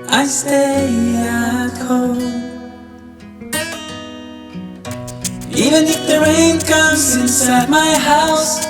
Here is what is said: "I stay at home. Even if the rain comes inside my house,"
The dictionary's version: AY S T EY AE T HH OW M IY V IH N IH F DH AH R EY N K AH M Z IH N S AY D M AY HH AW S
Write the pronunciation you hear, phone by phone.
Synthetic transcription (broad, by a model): AY S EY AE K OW IY V IH N IH F DH AH R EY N K AH M Z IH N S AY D M AY HH AW S